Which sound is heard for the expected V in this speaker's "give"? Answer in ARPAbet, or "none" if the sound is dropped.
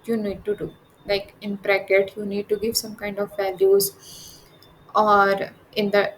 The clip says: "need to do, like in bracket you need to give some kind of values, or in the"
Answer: V